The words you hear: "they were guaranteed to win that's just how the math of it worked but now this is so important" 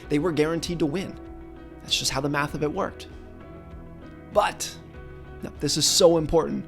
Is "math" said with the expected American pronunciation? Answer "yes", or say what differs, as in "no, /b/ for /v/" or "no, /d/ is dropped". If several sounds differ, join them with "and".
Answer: yes